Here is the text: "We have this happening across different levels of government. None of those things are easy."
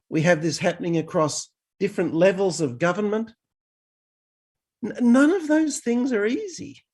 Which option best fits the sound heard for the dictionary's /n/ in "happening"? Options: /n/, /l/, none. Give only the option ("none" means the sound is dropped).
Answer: /n/